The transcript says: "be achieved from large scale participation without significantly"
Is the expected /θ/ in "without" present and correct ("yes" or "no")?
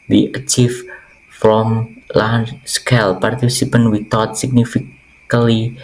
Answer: no